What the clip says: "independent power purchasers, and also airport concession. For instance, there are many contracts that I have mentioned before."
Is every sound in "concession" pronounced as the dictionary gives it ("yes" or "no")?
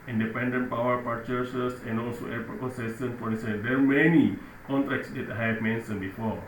no